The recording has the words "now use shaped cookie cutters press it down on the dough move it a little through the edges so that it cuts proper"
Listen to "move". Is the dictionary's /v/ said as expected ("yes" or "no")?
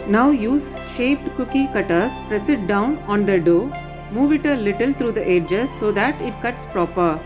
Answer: yes